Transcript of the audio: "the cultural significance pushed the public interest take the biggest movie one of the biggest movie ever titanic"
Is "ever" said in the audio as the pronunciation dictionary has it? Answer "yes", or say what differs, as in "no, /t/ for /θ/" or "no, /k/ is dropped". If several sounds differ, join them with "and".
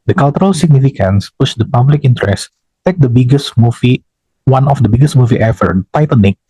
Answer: no, /f/ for /v/